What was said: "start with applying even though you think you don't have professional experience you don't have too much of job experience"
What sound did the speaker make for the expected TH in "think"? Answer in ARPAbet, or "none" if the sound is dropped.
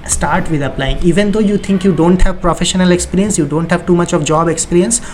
T